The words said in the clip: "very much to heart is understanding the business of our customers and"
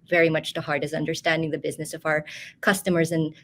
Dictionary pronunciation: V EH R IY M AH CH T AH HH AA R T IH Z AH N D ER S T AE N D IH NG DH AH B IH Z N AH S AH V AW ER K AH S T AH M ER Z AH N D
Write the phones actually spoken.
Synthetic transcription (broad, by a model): V EH R IY M AH CH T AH HH AA R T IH S AH N D ER S T AE N D IH NG DH AH B IH Z N AH S AH V AW ER K AH S T AH M ER Z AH N